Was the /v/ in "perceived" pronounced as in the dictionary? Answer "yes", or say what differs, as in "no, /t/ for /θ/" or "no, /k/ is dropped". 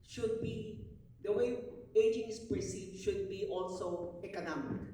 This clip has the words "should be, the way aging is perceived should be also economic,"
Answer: no, /v/ is dropped